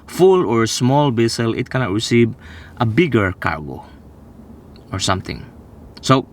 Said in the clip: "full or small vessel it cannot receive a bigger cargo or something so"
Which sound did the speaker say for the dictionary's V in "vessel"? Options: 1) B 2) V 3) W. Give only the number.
1